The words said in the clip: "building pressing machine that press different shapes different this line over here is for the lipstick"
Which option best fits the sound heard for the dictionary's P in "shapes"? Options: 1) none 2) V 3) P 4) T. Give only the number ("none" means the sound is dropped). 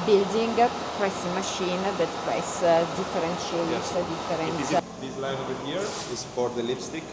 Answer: 1